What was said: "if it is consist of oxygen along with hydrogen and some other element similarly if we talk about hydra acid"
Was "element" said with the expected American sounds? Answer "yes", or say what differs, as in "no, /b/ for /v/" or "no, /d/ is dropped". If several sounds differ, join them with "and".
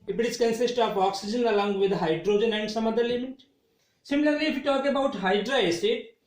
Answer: no, /n/ is dropped